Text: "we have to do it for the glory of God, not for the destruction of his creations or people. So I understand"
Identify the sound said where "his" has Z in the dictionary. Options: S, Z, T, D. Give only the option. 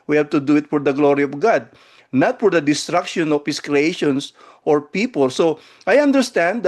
S